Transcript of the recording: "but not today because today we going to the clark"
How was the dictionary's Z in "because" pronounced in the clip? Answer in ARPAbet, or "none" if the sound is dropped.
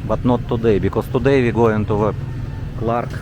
S